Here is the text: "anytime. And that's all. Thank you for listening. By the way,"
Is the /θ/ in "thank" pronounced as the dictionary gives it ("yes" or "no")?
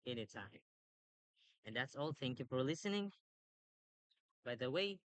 yes